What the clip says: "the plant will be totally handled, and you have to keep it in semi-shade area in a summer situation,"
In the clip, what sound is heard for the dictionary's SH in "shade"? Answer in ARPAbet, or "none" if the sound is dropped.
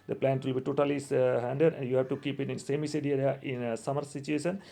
S